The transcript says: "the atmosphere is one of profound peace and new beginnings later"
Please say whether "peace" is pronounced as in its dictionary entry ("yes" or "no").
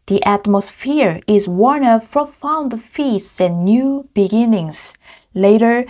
no